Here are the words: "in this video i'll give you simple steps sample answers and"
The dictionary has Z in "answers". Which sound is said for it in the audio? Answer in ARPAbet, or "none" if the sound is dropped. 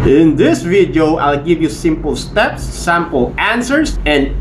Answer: S